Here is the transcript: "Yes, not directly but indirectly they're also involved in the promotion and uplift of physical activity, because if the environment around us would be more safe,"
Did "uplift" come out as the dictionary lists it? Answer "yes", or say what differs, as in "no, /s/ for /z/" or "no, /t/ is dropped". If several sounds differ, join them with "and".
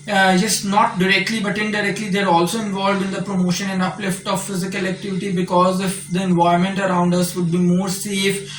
yes